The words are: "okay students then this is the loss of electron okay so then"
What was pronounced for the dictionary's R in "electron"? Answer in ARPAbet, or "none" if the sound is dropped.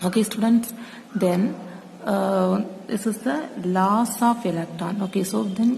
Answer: none